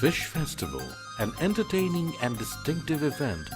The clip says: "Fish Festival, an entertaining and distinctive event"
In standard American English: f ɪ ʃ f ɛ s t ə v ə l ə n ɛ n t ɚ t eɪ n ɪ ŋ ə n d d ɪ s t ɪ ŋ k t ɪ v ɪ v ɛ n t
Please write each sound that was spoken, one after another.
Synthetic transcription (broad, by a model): ɪ ʃ f ɛ s t ə v ə l ə n ɛ n t ɚ t eɪ n ɪ ŋ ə n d d ɪ s t ɪ ŋ k t ɪ v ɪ v ɛ n t